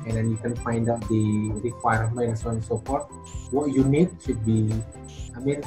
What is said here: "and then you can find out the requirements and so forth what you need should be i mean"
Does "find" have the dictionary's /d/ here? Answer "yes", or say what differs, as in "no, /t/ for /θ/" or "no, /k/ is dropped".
yes